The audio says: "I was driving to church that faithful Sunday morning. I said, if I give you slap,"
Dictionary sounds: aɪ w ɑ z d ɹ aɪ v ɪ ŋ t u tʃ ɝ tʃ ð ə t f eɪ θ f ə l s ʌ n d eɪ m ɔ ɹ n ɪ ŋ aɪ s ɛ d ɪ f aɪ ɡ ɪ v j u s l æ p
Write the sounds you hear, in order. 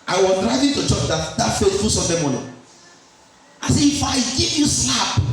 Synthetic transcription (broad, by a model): aɪ w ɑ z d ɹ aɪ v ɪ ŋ t u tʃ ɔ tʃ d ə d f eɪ t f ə s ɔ d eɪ m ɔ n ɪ aɪ s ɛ ɪ f aɪ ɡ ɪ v j u s l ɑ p